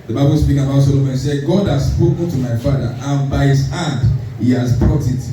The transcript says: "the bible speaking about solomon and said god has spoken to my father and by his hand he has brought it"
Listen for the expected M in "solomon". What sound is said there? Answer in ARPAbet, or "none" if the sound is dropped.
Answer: none